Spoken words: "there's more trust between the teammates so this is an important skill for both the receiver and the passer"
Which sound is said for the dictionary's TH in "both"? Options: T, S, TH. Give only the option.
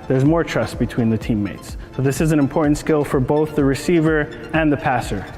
TH